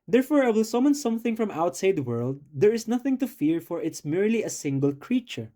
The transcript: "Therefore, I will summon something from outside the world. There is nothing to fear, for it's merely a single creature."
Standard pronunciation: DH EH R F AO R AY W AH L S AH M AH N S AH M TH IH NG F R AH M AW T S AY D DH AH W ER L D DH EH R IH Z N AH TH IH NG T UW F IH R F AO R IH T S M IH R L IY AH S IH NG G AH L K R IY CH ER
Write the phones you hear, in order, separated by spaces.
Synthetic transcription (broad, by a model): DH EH R F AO R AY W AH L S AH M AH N S AH M TH IH NG F R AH M AW T S AY D W ER L D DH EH R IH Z N AH TH IH NG T UW F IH R F AO R IH T S M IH R L IY AH S IH NG G AH L K R IY CH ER